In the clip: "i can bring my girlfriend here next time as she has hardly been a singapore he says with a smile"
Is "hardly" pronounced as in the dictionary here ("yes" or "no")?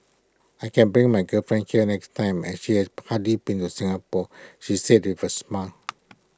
no